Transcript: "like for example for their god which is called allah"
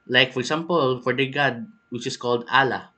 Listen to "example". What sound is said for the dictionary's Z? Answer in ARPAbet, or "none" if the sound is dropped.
S